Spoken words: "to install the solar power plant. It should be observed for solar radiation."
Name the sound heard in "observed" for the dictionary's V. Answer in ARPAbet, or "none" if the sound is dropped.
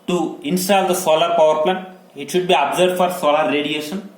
none